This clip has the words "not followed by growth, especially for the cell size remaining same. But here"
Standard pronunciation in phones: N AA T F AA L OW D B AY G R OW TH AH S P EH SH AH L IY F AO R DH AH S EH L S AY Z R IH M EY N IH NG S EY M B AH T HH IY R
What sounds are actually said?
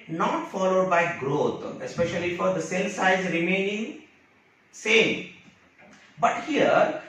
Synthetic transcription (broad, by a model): N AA T F AA L OW D B AY G R OW T AH S P EH SH AH L IY F AO R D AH S EH L S AY Z R IH M EY N IH NG S EY M B AH T HH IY R